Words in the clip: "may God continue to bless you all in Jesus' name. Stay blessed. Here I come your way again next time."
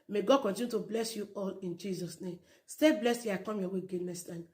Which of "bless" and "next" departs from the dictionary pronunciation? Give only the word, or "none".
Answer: next